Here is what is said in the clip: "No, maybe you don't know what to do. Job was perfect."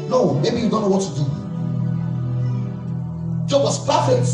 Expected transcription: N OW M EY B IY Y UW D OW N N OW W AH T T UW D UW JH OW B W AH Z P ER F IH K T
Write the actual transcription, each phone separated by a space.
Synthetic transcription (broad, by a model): N OW M EY B IY Y UW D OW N N OW W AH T T UW D UW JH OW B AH S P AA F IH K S